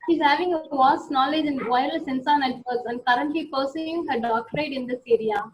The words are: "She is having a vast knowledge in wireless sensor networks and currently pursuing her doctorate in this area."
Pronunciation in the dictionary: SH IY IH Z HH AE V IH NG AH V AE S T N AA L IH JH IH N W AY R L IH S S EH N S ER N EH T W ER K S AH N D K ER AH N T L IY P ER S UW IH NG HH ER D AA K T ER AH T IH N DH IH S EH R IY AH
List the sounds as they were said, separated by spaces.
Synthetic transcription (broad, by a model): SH IY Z HH AE V IH NG AH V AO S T N AA L IH JH IH N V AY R IH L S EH N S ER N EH T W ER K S AH N D K ER AH N T L IY P ER S UW IH NG HH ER D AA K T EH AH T IH N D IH S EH R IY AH